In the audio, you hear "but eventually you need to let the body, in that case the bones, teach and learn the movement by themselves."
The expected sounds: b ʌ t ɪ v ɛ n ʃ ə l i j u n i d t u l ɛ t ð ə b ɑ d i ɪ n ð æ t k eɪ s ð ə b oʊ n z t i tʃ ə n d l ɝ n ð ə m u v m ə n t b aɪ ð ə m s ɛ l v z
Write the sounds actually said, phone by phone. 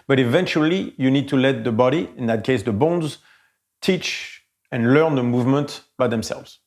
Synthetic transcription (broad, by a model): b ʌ t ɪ v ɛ n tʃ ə l i j u n i d t u l ɛ t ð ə b ɑ d i ɪ n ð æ t k eɪ s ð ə b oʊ n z t i tʃ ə n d l ɝ n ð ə m u v m ə n t b aɪ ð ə m s ɛ l v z